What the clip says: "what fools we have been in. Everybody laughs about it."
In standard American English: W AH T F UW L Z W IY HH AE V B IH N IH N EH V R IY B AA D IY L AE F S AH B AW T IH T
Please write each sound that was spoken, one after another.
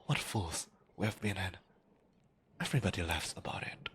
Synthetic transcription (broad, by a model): W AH T F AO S W IY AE V B IH N IH N EH V R IY B AA D IY L AE F S AH B AW T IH T